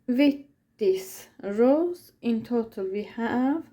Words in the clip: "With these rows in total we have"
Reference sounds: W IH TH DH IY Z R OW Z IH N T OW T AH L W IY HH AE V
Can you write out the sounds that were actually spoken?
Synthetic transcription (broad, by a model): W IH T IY S R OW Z IH N T OW T AH L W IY HH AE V